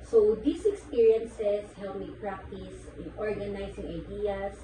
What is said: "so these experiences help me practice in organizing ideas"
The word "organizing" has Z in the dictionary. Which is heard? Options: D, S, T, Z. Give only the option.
S